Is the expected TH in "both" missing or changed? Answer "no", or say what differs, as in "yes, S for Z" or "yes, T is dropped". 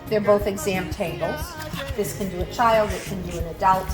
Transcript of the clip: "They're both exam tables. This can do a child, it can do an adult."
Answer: no